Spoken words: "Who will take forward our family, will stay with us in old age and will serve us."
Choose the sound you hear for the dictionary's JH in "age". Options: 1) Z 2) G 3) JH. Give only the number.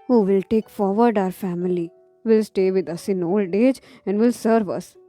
3